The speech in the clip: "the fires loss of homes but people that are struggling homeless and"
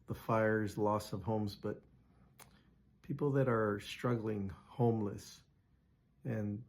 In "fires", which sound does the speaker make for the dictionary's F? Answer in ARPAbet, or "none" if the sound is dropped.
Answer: F